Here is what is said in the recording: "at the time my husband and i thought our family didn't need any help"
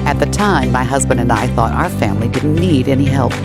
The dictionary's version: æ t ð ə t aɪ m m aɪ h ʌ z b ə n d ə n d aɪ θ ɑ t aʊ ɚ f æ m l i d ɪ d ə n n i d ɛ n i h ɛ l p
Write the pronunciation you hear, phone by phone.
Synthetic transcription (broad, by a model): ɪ t ð ə t aɪ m m aɪ h ʌ z b ə n d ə n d aɪ θ ɑ t aʊ ɚ f æ m l i d ɪ d n n i d ɛ n i h ɛ l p